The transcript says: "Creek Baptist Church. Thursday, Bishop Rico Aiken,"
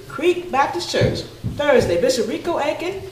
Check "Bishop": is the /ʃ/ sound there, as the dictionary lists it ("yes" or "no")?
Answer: no